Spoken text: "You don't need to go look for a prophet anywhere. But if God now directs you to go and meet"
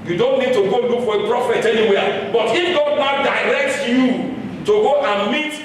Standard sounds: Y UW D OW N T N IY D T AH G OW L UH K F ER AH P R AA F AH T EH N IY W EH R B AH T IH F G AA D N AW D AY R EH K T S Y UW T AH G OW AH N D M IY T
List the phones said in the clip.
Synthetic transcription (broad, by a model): Y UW D OW N T N IY D T AH G OW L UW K F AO AH P R AA F AH T EH N IY W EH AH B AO T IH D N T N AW D AY R EH K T Y UW T AH G OW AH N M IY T